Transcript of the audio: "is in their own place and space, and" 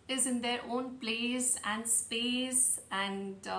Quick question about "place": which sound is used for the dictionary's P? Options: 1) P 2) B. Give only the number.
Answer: 2